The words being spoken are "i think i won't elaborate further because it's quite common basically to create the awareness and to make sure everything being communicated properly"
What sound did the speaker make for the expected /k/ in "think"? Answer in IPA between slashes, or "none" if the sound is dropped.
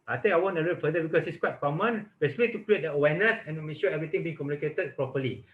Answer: none